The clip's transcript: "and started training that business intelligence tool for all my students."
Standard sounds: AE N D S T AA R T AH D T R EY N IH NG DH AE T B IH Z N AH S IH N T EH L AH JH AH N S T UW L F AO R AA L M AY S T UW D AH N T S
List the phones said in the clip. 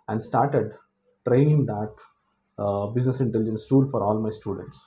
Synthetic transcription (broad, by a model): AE N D S T AA R T AH D T R EY N IH NG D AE T B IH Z N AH S IH N T EH L AH JH AH N S T UW L F AO R AA L M AY S T UW D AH N T S